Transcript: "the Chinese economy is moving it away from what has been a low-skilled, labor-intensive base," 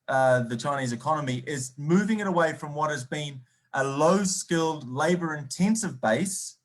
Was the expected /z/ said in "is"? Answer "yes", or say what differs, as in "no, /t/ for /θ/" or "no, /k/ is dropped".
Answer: yes